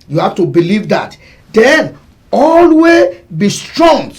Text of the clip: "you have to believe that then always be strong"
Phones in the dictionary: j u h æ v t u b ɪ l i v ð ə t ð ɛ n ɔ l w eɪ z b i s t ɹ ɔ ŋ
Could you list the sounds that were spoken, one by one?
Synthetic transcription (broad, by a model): j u h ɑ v t u b ɪ l i v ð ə t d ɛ n ɔ l w eɪ b i s t ɹ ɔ ŋ